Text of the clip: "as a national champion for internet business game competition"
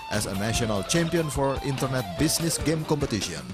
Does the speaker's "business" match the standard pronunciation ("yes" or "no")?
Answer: no